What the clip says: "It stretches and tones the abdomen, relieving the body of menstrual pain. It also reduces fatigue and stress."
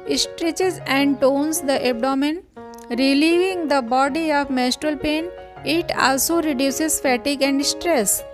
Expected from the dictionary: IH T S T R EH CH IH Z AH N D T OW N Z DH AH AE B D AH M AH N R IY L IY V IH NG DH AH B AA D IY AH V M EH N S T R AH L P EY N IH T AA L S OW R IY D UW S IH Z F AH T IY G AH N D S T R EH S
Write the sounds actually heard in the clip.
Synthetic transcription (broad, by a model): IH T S T R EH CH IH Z AH N D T OW N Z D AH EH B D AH M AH N R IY L IY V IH NG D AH B AA D IY AH V M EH S T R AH L P EY N IH T AA L S OW R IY D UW S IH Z F AH T IY G AH N D S T R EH S